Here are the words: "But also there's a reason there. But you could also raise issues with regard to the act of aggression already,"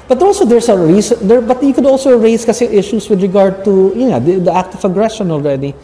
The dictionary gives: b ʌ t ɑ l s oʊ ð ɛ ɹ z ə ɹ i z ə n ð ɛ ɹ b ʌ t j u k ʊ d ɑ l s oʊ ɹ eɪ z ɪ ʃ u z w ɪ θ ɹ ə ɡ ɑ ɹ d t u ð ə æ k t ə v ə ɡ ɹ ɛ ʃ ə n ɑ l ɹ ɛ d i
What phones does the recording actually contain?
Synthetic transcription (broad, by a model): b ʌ t ɑ l s oʊ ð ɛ ɹ s ə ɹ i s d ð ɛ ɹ b ʌ t j u k ʊ d ɑ l s oʊ ɹ eɪ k ɪ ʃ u s w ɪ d ɹ ə ɡ ɑ ɹ d t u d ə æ k t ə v ə ɡ ɹ ɛ ʃ ə n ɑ l ɹ ɛ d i